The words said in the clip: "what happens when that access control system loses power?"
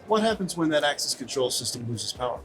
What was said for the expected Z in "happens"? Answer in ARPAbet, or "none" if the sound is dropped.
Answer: Z